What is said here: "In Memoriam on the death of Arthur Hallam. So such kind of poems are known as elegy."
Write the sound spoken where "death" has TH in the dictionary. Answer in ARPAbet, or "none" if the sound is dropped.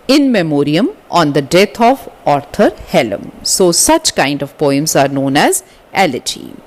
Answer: T